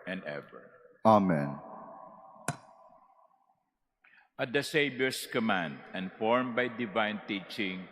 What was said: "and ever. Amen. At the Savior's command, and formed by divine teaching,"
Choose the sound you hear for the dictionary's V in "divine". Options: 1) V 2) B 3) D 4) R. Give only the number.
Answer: 1